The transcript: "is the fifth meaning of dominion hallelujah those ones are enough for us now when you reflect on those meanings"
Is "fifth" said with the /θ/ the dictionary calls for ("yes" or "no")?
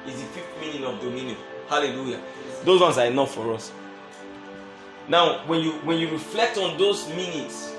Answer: no